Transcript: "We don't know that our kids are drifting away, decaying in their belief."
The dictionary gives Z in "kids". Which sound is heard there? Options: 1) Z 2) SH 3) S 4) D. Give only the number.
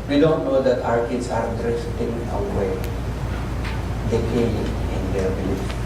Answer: 3